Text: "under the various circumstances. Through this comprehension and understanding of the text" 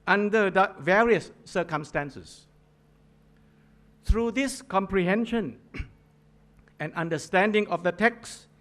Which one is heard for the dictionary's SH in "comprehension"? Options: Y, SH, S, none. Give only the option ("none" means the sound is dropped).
SH